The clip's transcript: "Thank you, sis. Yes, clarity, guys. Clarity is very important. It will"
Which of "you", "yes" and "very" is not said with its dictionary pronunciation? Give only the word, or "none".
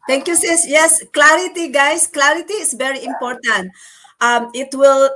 none